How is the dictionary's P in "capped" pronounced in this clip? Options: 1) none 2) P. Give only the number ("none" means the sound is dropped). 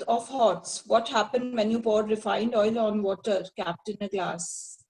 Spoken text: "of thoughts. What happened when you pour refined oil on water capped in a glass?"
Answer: 2